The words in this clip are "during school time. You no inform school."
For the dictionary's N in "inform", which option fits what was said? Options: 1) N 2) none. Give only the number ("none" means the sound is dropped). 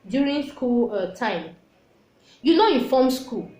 2